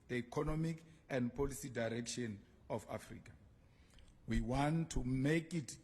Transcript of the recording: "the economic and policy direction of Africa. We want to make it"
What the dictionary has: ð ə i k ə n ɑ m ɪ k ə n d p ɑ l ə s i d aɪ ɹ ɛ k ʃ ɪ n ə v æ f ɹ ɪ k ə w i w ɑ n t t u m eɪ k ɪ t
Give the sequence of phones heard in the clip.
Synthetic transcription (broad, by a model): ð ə i k ə n ɑ m ɪ k ə n d p ɑ l ə s i d aɪ ɹ ɛ k ʃ ɪ n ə f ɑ f ɹ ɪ k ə w i w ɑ n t t u m eɪ k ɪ t